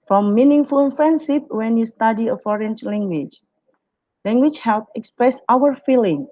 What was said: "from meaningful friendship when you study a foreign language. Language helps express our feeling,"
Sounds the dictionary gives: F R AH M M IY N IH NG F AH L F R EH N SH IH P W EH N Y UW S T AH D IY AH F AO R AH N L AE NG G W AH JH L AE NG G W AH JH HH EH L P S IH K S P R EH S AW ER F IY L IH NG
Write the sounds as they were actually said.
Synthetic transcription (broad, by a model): F R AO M M IY N IH NG F AH L F R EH N S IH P W EH N Y UW S T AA D IY AH F AO R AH N L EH NG G W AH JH L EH NG G W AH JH HH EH L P IH K S P R EH S AW ER F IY L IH NG